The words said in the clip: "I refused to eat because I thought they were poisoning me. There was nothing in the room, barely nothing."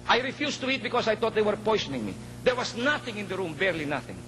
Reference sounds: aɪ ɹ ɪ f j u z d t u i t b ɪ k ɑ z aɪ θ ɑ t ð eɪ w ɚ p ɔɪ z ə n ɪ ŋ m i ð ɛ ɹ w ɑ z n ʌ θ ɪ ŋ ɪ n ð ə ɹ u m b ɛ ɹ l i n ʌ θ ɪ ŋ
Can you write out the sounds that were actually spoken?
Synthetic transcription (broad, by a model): aɪ ɹ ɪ f j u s t u i t b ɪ k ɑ s aɪ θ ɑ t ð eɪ w ɚ p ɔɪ s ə n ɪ ŋ m i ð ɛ ɹ w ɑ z n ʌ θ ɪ ŋ ɪ n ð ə ɹ u m b ɛ ɹ l i n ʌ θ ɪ ŋ